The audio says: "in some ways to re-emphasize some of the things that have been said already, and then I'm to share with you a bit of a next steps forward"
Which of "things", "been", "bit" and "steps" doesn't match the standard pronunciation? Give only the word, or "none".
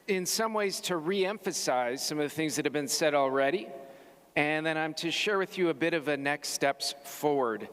none